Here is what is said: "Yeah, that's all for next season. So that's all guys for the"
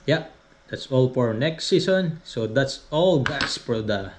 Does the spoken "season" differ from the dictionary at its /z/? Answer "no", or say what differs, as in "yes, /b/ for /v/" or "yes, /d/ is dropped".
yes, /s/ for /z/